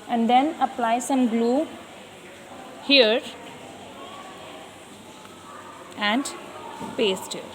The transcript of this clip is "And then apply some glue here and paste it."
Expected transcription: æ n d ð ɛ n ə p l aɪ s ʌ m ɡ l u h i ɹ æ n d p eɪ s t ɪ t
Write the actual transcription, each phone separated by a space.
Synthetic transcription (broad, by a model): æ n d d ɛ n ə p l aɪ s ʌ m ɡ l u h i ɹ æ n d p eɪ s t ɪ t